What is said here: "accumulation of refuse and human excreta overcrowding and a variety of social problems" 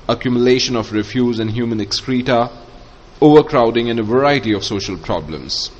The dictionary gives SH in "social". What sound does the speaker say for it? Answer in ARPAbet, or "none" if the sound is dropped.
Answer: SH